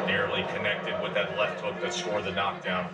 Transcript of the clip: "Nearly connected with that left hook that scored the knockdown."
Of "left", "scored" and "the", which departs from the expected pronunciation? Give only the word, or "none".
scored